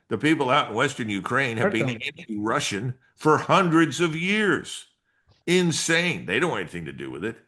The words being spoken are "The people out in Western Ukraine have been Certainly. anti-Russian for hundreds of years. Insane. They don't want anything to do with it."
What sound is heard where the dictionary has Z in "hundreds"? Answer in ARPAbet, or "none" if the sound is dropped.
Z